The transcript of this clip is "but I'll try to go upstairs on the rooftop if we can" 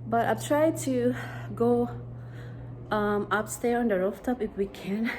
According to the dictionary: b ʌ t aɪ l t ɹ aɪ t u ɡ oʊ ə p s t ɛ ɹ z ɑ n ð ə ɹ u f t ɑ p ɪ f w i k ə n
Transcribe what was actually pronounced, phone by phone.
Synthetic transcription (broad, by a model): b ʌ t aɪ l t ɹ aɪ t u ɡ oʊ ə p s t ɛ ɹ ɑ n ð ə ɹ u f t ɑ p ɪ f w i k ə n